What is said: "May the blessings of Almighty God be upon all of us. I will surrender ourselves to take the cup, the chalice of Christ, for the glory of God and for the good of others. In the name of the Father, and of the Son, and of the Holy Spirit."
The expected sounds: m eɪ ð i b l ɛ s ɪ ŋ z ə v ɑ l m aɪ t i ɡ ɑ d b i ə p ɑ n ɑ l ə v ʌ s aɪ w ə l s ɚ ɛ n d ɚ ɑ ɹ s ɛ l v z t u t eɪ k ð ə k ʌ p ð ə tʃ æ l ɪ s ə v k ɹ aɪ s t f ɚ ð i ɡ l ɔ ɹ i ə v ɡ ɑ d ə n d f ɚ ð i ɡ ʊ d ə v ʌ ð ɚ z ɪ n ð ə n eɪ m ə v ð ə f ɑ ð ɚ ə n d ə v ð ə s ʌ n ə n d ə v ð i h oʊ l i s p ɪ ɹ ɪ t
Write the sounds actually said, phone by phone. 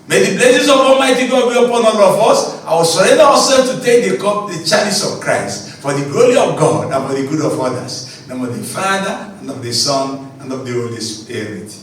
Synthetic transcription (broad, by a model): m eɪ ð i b l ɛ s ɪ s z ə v ɑ l m aɪ t i ɡ ɑ d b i ə p ɑ n ɑ l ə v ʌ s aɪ w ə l s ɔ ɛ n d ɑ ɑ s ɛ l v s t u t eɪ k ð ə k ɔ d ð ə tʃ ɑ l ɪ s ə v k ɹ aɪ s t f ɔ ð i ɡ l ɔ ɹ i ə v ɡ ɑ d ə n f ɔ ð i ɡ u d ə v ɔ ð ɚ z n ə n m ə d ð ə f ɑ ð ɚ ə n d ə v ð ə s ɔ n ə n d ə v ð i h oʊ l i s p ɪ ɹ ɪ t